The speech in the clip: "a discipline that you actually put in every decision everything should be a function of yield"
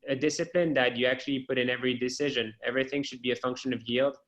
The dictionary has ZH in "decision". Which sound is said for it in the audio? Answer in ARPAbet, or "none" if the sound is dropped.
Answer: ZH